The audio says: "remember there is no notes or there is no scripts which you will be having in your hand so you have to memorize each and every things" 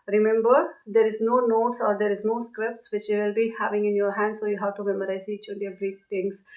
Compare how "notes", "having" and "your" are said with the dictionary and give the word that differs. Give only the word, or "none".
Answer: none